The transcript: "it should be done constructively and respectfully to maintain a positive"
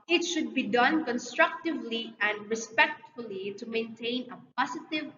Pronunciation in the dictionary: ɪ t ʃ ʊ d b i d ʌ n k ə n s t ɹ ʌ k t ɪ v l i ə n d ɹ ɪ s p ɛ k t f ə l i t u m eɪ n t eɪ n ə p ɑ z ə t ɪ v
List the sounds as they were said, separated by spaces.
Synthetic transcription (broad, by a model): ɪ t ʃ ʊ d b i d ʌ n k ə n s t ɹ ʌ k t ɪ v l i ə n d ɹ ɪ s p ɛ k t f ə l i t u m eɪ n t eɪ n ə p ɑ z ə t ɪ v